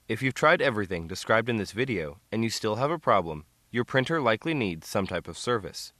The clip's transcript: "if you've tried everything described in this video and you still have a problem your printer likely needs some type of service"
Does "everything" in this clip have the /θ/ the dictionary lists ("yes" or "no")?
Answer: yes